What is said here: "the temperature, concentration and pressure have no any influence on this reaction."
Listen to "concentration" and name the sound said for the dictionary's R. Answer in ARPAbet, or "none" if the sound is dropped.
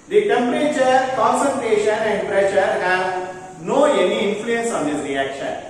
R